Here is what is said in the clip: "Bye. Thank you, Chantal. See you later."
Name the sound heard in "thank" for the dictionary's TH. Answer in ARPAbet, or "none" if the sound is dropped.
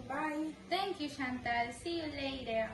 T